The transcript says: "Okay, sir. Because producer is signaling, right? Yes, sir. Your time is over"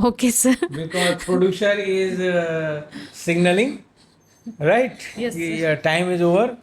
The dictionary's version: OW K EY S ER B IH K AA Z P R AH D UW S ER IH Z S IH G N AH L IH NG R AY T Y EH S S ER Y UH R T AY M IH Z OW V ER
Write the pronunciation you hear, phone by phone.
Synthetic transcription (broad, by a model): OW K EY S ER B IH K AA Z P R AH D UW SH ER IH Z S IH G N AH L IH NG R AY T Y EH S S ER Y T AY M IH Z OW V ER